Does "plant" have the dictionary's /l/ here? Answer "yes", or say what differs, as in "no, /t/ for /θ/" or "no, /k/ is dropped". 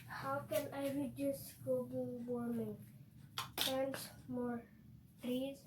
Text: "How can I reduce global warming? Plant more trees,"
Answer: no, /l/ is dropped